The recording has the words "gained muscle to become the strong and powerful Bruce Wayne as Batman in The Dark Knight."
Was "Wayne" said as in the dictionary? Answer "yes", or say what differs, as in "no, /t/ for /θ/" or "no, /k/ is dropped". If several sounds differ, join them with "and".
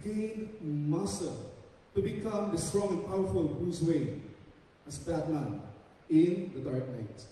no, /n/ is dropped